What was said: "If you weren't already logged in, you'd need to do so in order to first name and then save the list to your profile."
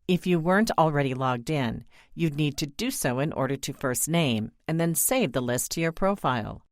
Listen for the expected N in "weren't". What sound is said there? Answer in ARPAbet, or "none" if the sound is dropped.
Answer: N